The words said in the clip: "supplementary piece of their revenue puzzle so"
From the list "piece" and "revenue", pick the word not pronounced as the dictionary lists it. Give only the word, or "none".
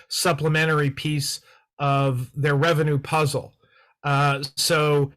none